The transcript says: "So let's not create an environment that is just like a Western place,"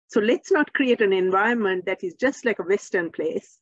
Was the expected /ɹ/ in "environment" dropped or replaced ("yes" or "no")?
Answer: yes